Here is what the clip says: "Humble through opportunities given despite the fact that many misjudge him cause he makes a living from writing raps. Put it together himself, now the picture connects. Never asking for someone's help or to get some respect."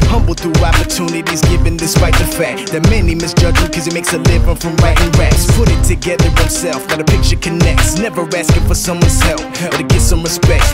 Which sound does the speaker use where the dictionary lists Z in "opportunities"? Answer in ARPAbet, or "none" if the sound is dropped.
Z